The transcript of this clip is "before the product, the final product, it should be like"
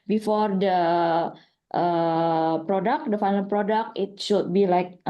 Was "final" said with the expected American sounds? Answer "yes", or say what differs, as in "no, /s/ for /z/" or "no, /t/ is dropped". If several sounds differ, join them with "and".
no, /l/ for /n/ and /n/ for /l/